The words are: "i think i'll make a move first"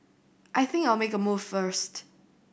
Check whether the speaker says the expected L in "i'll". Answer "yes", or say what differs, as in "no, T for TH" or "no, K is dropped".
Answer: yes